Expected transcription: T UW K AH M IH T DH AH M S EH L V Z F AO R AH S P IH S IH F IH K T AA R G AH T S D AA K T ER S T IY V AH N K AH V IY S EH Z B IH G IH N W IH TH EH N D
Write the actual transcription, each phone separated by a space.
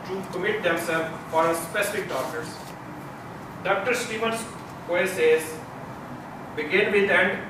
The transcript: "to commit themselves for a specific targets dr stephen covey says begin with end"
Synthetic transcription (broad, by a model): T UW K AH M IH T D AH M S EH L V F AO R AH S P IH S IH F IH K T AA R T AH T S D AA K T ER S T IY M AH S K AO IY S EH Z B IH G IH N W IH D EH N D